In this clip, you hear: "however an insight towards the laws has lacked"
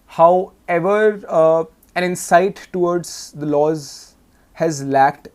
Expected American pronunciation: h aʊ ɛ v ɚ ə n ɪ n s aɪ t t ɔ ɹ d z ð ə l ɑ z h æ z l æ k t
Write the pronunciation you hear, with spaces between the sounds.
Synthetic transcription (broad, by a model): h aʊ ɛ v ɚ ə n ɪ n s aɪ t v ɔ ɹ d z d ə l ɑ z h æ z l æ k t